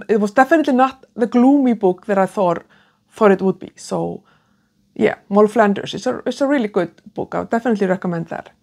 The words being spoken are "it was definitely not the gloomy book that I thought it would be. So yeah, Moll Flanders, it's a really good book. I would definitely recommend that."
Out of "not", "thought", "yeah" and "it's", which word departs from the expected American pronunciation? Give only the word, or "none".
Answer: none